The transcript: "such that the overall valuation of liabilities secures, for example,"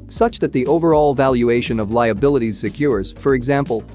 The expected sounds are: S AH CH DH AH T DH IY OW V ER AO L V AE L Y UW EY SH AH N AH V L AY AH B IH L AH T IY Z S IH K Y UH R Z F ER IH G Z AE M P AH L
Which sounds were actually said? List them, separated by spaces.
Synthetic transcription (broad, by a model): S AH CH DH AH T DH IY OW V ER AO L V AE L Y UW EY SH AH N AH V L AY AH B IH L AH T IY Z S IH K Y UH R Z F ER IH G Z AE M P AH L